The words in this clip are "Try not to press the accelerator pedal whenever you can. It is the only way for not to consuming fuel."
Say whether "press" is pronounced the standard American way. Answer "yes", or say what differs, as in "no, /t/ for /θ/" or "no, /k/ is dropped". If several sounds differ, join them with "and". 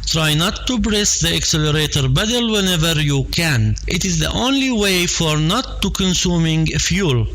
no, /b/ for /p/